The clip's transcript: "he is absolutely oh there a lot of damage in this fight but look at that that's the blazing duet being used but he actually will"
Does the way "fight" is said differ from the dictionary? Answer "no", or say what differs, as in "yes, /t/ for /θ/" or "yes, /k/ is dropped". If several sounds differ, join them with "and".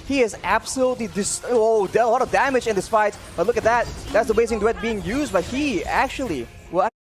yes, /p/ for /f/